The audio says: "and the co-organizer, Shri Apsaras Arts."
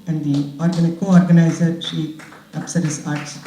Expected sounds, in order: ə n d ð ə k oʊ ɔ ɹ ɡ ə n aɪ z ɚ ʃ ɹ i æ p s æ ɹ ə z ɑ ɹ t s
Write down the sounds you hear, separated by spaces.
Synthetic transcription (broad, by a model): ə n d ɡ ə k oʊ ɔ ɹ ɡ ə n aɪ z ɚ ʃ i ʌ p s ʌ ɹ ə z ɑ ɹ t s